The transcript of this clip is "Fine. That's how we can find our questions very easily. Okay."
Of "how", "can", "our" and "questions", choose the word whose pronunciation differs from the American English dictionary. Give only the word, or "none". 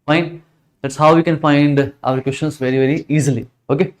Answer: questions